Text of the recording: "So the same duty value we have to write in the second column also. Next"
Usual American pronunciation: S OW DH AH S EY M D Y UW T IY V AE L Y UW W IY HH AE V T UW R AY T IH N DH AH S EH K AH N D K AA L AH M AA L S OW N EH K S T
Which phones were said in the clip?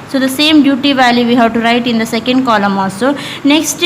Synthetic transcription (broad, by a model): S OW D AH S EY M D Y UW T IY V AE L Y UW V IY HH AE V T UW R AY T IH N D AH S EH K AH N D K AA L AH M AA S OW N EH K S T